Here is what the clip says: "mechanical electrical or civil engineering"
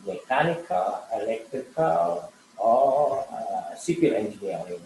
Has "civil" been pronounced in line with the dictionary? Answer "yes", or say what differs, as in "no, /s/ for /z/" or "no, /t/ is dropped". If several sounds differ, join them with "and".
no, /p/ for /v/